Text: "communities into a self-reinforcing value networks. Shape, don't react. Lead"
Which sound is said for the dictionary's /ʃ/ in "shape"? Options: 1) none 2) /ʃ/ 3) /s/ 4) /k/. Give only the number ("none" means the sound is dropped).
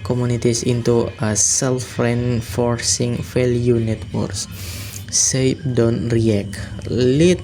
3